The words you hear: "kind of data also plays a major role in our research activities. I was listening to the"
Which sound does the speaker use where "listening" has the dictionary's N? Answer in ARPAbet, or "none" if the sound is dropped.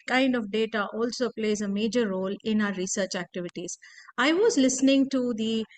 N